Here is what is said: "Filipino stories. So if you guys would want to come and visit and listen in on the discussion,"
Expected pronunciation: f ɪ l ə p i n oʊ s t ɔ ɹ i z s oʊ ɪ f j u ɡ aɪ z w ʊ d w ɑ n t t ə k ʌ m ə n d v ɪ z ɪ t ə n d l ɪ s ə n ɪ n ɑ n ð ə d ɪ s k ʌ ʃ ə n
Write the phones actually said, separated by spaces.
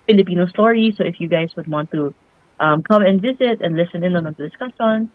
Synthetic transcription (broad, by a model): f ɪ l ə p i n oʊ s t ɔ ɹ i s oʊ ɪ f j u ɡ aɪ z w ʊ d w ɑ n t t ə k ʌ m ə n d v ɪ z ɪ t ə n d l ɪ s ə n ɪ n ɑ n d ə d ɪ s k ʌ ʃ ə n